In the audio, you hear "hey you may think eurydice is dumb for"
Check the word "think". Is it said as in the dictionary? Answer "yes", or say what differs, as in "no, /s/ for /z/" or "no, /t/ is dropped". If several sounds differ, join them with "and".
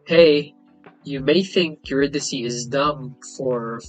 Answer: yes